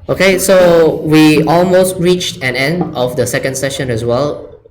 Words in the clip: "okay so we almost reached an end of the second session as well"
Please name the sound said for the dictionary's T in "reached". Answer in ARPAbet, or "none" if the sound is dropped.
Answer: T